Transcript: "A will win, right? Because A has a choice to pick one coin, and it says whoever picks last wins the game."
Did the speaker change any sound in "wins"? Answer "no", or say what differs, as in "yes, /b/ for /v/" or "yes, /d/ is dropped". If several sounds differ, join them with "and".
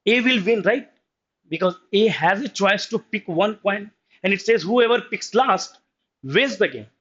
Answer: yes, /n/ is dropped